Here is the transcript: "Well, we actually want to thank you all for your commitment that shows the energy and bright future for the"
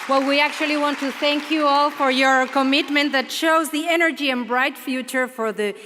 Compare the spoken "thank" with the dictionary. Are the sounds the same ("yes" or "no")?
yes